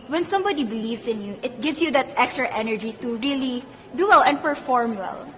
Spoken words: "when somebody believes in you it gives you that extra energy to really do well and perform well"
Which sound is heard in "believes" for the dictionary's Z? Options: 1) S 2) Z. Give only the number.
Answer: 1